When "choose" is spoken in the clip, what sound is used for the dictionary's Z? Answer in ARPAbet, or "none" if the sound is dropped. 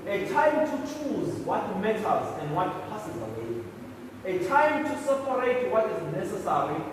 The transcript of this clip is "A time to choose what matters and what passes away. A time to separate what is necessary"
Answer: Z